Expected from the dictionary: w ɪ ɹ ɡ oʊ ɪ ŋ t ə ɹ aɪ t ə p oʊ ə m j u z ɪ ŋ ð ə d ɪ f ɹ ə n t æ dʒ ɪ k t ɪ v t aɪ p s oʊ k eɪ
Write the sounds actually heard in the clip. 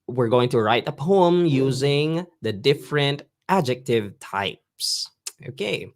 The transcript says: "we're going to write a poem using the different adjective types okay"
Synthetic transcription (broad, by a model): w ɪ ɹ ɡ oʊ ɪ ŋ t ə ɹ aɪ t ə p oʊ ə m j u z ɪ ŋ ð ə d ɪ f ɹ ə n t æ dʒ ɪ k t ɪ v t aɪ p s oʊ k eɪ